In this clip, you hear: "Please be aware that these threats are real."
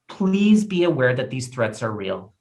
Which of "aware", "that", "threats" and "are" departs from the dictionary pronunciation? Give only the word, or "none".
none